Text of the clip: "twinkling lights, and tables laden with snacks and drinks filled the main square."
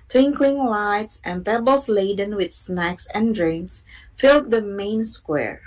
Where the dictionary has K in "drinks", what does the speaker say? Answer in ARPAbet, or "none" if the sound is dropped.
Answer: K